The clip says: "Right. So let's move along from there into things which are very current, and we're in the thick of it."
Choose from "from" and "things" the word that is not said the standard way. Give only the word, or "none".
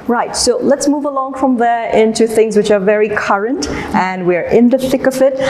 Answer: none